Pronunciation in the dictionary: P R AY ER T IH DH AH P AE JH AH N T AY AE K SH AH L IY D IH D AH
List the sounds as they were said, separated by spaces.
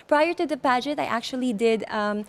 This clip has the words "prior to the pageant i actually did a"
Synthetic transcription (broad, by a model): P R AY ER T IH DH AH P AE JH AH T AY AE K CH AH L IY D IH D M